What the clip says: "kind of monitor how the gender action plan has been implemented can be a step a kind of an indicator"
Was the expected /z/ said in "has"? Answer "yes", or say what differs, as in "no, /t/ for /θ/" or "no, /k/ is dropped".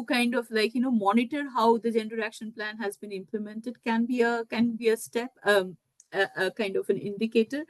yes